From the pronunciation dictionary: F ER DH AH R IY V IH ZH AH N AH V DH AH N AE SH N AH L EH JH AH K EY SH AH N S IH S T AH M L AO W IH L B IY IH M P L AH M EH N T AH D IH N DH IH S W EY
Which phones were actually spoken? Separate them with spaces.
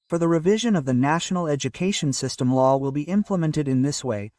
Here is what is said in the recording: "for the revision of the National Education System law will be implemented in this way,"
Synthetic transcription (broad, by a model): F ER DH AH R IY V IH ZH AH N AH V DH AH N AE SH N L EH JH AH K EY SH AH N S IH S T AH M L AO W IH L B IY IH M P L AH M EH N T AH D IH N DH IH S W EY